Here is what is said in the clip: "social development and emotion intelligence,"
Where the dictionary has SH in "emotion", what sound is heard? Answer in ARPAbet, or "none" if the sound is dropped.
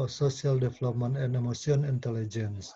S